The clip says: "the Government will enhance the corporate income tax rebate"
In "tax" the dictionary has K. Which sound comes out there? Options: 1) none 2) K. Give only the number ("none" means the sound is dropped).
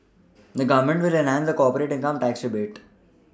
2